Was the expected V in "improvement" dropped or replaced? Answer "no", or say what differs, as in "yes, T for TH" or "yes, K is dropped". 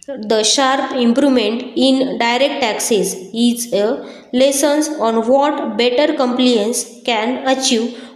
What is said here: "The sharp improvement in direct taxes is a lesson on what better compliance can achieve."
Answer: yes, V is dropped